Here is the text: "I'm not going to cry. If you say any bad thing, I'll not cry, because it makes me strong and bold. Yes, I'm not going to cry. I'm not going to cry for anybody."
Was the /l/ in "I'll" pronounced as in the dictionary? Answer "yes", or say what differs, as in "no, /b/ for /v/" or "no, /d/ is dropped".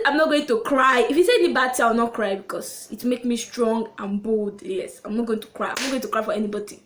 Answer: no, /w/ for /l/